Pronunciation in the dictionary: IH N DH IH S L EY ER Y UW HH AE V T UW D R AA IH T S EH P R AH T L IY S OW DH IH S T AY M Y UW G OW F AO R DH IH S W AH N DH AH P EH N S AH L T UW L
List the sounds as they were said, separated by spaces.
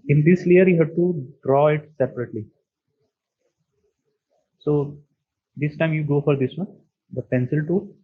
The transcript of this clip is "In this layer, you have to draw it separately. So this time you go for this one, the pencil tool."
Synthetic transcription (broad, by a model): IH N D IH S L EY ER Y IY HH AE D T UW D R AA IH T S EH P R AH T L IY S OW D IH S T AY M Y UW G OW F AO R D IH S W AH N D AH P EH N S AH L T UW